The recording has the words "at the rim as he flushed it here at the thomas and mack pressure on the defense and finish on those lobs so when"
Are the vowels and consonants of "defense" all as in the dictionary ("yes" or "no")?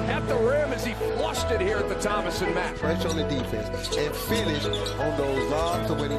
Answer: no